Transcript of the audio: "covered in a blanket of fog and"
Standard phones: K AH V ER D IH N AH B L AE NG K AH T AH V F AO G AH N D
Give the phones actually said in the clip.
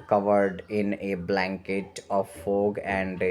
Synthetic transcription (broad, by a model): K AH V ER D IH N AH B L AE NG K AH T AH V F AO G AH N D